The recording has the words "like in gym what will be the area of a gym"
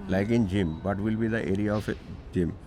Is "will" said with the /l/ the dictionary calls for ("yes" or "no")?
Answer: yes